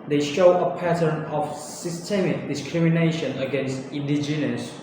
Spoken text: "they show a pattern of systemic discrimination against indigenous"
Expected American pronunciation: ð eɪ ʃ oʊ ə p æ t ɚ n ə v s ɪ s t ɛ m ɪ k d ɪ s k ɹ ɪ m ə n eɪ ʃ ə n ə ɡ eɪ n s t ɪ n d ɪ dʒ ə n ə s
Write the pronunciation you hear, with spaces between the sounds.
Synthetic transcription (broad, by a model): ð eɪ ʃ oʊ ə p æ t ɚ n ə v s ɪ s t ɛ m ɪ k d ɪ s k ɹ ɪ m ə n eɪ ʃ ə n ə ɡ eɪ n s t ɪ n d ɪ dʒ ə n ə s